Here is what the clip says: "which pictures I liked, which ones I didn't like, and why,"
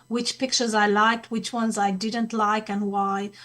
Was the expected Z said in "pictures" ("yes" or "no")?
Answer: yes